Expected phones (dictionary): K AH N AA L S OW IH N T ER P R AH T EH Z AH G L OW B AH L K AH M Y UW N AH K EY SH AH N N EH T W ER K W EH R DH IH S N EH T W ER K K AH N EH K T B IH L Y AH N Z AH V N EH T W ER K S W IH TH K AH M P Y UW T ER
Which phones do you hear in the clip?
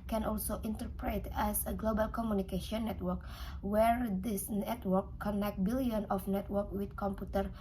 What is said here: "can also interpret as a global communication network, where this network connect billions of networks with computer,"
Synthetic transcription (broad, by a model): K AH N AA L S OW IH N T ER P R AH T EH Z AH G L OW B AH L K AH M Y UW N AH K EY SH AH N N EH T W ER K W EH R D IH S N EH T W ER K K AH N EH K T B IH L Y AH N AH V N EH T W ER K W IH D K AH M P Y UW T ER